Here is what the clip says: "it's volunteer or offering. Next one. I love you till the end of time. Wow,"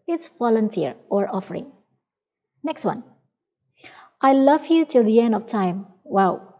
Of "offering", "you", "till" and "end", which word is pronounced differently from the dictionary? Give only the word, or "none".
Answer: none